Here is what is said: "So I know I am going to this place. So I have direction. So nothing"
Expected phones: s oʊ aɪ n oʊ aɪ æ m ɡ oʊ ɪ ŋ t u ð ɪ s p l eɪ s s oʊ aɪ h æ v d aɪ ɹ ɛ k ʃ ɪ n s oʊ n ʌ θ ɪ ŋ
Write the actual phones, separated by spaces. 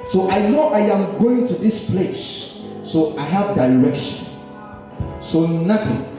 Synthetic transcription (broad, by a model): s oʊ aɪ n oʊ aɪ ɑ m ɡ oʊ ɪ ŋ t u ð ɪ s p l eɪ s s oʊ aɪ h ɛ p d aɪ ɹ ɛ k ʃ ɪ n s oʊ n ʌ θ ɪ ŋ